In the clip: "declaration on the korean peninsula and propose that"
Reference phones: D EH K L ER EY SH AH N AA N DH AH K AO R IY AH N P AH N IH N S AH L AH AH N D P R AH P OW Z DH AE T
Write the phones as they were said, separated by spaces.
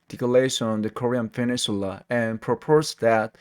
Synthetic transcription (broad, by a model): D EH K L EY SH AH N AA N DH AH K AO R IY AH N F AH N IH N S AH L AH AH N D P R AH P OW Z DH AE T